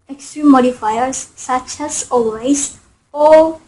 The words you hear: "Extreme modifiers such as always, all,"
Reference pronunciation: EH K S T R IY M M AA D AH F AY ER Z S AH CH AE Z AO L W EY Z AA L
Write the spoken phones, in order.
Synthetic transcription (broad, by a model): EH K S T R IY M M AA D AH F AY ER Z S AH CH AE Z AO L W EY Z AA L